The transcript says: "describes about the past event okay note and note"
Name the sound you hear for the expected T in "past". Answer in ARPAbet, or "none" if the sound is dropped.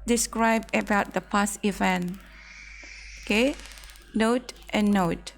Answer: none